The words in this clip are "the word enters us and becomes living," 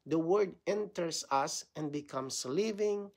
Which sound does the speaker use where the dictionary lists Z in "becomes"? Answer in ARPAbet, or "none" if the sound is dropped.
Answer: S